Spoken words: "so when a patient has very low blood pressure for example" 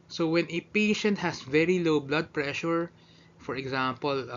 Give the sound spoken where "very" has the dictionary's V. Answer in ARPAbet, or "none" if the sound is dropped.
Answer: V